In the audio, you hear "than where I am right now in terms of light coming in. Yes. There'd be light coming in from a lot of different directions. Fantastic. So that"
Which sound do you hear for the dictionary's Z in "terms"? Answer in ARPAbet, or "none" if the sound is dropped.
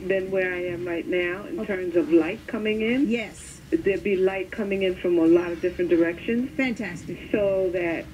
Z